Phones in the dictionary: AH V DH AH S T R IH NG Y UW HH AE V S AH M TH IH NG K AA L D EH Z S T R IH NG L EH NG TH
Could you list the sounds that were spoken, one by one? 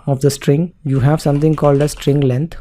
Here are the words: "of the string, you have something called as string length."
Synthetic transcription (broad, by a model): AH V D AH S T R IH NG Y UW HH AE V S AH M T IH NG K AA L D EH S T R IH NG L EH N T